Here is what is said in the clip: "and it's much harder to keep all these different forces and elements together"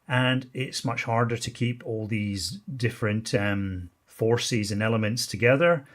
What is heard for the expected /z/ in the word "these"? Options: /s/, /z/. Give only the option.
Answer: /z/